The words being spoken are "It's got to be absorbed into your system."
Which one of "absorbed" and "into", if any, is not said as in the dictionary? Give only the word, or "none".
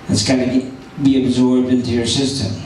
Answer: none